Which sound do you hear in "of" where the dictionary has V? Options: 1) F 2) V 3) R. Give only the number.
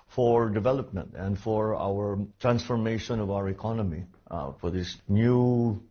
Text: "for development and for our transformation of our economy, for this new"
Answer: 2